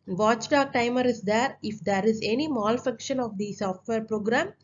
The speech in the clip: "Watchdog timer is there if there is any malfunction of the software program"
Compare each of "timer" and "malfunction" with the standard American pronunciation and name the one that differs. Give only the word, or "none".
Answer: malfunction